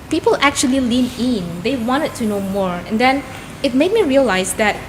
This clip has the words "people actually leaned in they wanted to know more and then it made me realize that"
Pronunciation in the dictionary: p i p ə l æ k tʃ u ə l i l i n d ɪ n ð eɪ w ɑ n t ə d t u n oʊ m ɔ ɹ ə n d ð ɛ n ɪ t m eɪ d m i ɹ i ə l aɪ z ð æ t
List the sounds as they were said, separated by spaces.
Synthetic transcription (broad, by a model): p i p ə l æ k tʃ u ə l i l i n ɪ n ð eɪ w ɑ n t ə d t u n oʊ m ɔ ɹ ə n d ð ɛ n ɪ t m eɪ d m i ɹ i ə l aɪ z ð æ t